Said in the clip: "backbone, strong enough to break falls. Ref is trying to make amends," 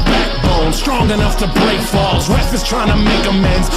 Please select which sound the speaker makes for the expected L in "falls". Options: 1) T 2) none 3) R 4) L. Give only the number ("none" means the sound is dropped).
4